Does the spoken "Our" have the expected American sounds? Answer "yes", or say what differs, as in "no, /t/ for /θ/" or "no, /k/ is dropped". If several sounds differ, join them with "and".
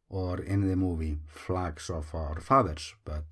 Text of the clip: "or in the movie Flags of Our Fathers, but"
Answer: yes